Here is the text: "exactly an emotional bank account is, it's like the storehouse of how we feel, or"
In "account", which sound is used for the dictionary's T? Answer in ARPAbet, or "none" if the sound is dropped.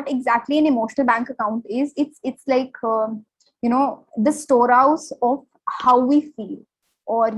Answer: T